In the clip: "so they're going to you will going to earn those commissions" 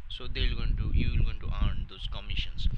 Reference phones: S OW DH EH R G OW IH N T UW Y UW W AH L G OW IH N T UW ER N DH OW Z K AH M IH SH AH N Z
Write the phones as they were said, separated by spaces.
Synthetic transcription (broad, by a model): S OW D EH L G OW IH N T UW Y UW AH L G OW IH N T UW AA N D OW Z K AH M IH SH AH N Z